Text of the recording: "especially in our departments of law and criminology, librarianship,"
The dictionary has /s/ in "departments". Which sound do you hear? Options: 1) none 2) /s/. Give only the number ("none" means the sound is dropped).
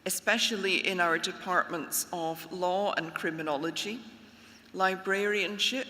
2